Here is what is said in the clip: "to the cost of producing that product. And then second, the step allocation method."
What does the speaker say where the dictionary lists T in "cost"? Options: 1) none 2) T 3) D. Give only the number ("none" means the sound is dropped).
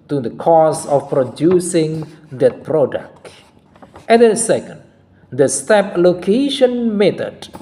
1